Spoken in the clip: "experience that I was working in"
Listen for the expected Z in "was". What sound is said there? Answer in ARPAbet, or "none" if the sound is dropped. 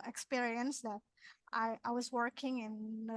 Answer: Z